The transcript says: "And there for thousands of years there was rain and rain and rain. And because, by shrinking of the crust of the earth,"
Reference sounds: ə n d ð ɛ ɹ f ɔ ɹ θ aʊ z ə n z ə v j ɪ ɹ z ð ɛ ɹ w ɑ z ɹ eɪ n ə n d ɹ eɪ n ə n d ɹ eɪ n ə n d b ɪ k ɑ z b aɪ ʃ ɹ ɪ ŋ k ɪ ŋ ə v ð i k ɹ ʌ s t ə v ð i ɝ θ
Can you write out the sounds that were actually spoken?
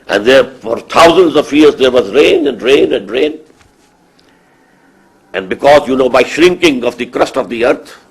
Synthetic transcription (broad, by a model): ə n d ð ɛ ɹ f ɔ ɹ t aʊ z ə n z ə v j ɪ ɹ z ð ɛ ɹ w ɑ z ɹ eɪ n ə n d ɹ eɪ n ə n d ɹ eɪ n ə n d b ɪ k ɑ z b aɪ ʃ ɹ ɪ ŋ k ɪ ŋ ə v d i k ɹ ʌ s t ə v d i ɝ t